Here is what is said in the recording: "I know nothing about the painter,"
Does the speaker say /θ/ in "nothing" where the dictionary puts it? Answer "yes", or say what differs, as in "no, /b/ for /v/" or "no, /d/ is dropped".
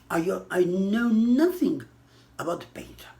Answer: yes